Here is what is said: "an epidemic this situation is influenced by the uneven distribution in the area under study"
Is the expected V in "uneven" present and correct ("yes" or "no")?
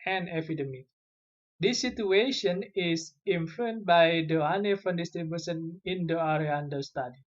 no